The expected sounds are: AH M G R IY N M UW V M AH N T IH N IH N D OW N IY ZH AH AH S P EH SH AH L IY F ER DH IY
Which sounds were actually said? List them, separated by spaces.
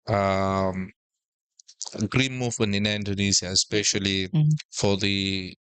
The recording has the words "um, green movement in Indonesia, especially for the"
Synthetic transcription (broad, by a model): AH M G R IY N M UW V M AH N T IH N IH N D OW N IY Z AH AH S P EH SH AH L IY F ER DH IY